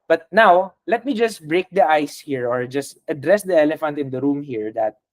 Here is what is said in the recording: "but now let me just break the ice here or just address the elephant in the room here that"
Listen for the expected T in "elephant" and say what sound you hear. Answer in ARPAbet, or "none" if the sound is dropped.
T